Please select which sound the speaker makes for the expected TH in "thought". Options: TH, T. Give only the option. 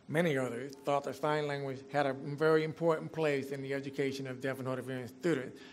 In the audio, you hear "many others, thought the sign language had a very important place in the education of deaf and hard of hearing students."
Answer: TH